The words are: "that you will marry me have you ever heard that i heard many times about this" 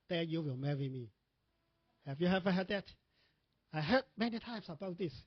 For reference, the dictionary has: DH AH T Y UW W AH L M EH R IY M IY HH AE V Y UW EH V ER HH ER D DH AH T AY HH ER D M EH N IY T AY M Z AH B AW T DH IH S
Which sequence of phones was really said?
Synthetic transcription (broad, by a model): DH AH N Y UW W AH L M EH R IY M IY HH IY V Y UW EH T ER HH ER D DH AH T AY HH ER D M EH N IY T AY M S AH B AW T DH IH S